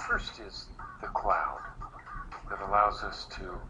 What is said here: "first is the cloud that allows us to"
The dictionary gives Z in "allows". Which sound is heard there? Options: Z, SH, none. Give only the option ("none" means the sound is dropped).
Z